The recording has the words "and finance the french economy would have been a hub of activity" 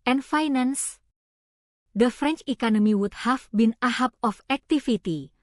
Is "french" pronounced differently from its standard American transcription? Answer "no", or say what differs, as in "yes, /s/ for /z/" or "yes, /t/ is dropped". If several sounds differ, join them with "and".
no